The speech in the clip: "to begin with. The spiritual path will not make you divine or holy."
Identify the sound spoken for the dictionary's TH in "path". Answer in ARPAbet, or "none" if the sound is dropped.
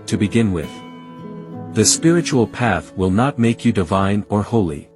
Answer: TH